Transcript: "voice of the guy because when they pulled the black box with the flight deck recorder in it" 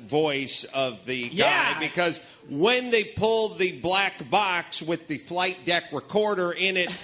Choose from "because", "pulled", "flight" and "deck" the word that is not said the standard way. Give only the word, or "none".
none